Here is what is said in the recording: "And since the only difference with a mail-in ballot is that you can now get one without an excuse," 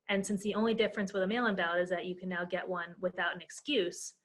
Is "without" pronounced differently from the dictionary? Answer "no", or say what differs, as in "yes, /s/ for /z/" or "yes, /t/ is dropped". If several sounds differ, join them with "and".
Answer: no